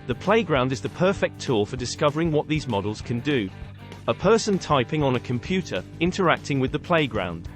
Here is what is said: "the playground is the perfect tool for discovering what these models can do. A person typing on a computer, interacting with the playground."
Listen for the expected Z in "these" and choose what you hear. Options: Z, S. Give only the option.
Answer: Z